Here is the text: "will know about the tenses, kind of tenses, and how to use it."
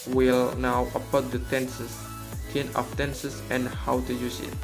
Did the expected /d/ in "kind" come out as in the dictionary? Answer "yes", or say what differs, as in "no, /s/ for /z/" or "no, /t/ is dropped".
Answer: no, /d/ is dropped